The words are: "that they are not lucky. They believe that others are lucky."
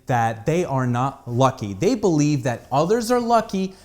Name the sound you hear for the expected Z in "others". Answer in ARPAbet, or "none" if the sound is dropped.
Z